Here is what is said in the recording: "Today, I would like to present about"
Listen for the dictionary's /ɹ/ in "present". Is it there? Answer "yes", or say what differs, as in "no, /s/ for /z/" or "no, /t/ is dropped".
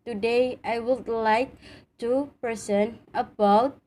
no, /ɹ/ is dropped